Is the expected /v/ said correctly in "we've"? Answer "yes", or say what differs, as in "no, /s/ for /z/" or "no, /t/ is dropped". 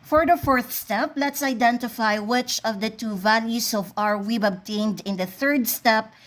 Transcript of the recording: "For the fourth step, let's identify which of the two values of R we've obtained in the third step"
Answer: no, /b/ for /v/